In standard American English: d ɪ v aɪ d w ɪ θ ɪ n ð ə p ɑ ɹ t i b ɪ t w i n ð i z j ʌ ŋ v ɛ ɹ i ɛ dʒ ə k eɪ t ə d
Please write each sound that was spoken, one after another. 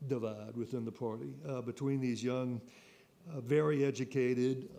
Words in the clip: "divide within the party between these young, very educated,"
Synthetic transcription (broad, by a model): d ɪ v aɪ d w ɪ θ ɪ n ð ə p ɑ ɹ t i b ɪ t w i n ð i z j ʌ ŋ v ɛ ɹ i ɛ dʒ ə k eɪ t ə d